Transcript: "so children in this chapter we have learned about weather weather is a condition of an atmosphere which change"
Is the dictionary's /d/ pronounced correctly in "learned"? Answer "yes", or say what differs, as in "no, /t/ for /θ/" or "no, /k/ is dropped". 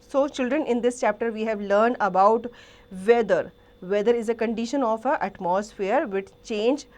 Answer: yes